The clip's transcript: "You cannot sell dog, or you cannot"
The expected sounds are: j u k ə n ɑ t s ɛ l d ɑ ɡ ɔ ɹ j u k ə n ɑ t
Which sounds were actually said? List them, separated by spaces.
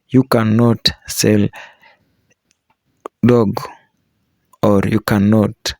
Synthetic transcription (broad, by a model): j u k ə n ɑ t s ɛ l d ɑ ɡ ɔ ɹ j u k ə n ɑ t